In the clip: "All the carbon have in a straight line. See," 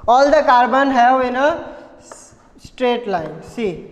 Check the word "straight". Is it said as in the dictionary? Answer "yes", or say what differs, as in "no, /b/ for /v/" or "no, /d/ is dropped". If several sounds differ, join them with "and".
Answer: yes